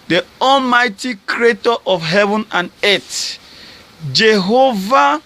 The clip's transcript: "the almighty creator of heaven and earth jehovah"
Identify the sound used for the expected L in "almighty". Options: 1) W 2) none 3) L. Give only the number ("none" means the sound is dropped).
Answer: 3